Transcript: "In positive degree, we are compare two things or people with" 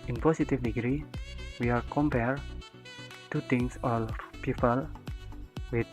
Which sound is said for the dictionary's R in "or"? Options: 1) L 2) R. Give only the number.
1